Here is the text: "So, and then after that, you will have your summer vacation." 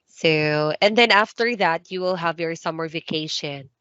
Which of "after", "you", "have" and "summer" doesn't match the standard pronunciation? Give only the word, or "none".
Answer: none